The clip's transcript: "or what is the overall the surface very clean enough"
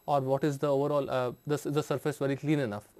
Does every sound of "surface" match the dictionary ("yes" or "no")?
yes